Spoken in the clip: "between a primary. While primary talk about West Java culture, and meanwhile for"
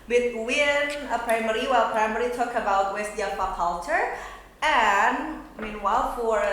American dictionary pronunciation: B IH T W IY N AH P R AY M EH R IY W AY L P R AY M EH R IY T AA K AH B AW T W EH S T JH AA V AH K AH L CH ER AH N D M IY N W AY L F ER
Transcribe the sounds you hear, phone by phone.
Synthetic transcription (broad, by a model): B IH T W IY N AH P R AY M EH R IY W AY L P R AY M EH R IY T AA K AH B AW T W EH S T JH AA P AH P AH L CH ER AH N M IY N W AY L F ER